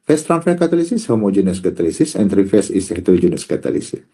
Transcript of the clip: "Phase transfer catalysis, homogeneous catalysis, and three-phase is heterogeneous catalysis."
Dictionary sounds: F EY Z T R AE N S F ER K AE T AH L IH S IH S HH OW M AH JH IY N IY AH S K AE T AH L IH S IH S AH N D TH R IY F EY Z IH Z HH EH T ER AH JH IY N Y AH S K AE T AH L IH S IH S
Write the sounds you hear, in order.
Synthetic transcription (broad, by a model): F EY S T R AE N F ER K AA T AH L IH S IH S HH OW M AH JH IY N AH S K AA T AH L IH S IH S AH N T R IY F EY S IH S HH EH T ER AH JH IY N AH S K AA T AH L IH S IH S